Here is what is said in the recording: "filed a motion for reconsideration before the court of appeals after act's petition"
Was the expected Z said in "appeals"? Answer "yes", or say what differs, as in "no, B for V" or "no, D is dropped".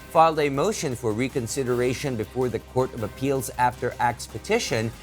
yes